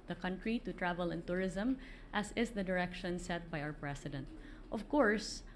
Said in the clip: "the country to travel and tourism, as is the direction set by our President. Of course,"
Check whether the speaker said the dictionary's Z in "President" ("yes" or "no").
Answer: no